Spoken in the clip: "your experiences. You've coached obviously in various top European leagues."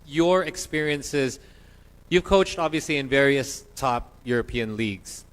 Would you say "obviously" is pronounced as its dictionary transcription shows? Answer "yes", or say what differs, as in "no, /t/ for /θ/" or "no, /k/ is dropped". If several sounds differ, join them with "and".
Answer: yes